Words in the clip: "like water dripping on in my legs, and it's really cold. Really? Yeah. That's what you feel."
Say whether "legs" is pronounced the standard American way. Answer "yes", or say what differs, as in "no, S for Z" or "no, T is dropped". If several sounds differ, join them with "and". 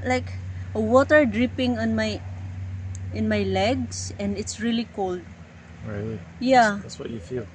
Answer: no, S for Z